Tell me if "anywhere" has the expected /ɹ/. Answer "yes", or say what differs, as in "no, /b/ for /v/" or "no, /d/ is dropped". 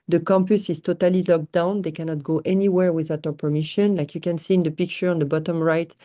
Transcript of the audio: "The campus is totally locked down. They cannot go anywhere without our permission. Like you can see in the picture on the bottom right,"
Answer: yes